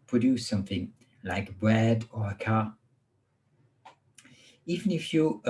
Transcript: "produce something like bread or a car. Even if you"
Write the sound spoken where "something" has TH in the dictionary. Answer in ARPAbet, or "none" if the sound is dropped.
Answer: TH